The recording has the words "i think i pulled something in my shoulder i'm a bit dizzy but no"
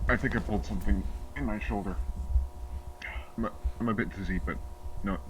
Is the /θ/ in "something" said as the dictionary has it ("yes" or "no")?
yes